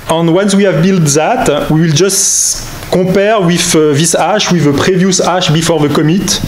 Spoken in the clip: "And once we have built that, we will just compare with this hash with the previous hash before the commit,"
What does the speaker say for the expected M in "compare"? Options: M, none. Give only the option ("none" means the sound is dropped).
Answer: none